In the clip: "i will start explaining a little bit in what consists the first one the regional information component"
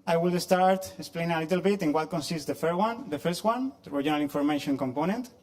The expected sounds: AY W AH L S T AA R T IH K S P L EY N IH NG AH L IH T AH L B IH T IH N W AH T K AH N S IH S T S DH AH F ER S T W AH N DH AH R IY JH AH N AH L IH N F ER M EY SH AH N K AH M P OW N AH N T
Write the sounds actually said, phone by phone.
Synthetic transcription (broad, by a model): AY W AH L S T AA R T IH K S P L EY N IH NG AH L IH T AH L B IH T IH N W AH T K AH N S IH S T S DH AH F ER S T W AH N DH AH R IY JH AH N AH L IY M F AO M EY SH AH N K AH M P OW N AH N T